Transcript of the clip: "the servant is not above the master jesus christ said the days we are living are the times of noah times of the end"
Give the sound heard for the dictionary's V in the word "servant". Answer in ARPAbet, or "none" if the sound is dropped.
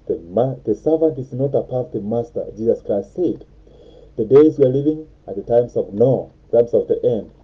V